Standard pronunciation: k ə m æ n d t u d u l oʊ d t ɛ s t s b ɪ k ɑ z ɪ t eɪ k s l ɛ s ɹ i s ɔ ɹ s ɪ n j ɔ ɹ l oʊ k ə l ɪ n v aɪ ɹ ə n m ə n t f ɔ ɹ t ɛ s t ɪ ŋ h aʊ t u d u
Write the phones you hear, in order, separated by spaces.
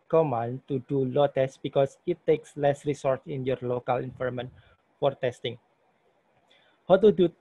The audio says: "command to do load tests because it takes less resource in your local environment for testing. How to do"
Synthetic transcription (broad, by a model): k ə m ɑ n t u d u l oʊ t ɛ s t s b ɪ k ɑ s ɪ t eɪ k s l ɛ s ɹ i s ɔ ɹ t ɪ n j ɔ ɹ l oʊ k ə l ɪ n f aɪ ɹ m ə n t f ɔ ɹ t ɛ s t ɪ ŋ h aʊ t u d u